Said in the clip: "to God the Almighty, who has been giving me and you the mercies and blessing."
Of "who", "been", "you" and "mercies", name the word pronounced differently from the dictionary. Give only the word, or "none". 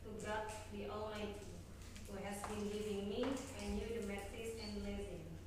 mercies